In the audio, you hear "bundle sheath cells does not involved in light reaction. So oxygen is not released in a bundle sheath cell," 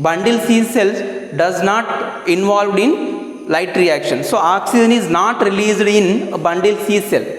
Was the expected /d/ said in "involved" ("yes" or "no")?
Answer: yes